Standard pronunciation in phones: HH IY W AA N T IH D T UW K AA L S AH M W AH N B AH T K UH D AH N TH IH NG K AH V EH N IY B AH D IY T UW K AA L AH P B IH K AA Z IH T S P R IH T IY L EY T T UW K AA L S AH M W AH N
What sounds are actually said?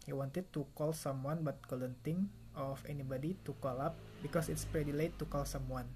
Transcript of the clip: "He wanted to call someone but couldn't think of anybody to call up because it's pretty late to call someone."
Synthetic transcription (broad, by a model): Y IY W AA N T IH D T UW K AA L S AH M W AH N B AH T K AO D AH N T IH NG AH F EH N IY B AH D IY T UW K AA L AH P B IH K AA S IH T S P R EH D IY L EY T T UW K AA L S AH M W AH N